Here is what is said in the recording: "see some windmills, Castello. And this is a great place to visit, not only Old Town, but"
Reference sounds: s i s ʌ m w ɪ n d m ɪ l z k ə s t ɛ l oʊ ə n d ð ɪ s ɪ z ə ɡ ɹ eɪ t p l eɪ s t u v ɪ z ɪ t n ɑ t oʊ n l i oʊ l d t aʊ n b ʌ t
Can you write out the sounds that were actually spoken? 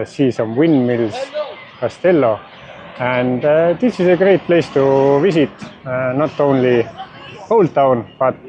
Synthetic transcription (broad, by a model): s i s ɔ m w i n m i l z k ə s t ɛ l oʊ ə n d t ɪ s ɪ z ə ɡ ɹ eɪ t p l eɪ s t u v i s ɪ t n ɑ t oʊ n l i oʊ l t aʊ n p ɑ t